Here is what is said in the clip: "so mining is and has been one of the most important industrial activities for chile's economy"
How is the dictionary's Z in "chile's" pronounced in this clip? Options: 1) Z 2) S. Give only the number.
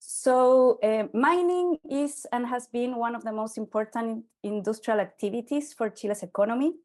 2